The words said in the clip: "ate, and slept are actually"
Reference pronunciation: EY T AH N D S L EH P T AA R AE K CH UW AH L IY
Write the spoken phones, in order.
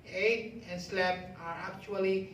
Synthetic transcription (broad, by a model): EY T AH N S L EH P AA R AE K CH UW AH L IY